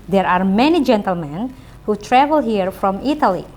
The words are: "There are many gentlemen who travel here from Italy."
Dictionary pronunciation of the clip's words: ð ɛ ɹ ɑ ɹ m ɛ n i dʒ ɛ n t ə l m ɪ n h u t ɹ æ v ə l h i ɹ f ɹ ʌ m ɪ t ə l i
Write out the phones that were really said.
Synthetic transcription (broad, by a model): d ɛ ɹ ɑ ɹ m ɛ n i dʒ ɛ n t ə l m ɪ n h u t ɹ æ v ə l h i ɹ f ɹ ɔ m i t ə l i